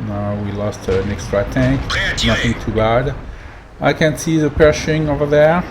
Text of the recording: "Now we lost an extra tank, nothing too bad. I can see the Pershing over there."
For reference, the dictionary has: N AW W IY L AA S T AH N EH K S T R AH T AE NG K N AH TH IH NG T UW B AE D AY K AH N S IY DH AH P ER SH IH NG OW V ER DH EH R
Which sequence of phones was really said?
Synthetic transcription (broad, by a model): N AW W IY L AA S T AH N EH K S T R AH T AE NG K N AH TH IH NG T UW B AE D AY K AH N S IY DH AH P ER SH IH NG OW V ER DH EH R